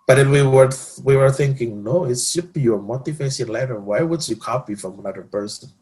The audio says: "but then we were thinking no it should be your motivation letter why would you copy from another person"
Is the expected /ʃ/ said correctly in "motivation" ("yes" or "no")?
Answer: no